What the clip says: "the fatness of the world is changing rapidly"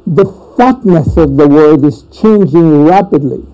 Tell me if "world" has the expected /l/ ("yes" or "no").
no